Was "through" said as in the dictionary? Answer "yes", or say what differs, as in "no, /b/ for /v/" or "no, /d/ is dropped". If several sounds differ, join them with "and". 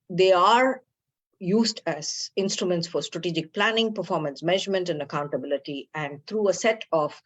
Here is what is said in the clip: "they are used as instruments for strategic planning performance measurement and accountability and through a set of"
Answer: no, /t/ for /θ/